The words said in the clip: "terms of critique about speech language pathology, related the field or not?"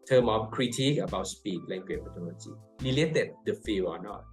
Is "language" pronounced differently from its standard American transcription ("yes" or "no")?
yes